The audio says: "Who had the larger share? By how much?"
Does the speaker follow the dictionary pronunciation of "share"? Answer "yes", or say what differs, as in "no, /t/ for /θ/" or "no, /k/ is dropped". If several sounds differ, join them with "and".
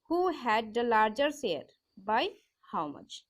no, /s/ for /ʃ/